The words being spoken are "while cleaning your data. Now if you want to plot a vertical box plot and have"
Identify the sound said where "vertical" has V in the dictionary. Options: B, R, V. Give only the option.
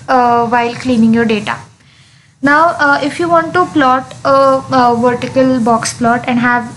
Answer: V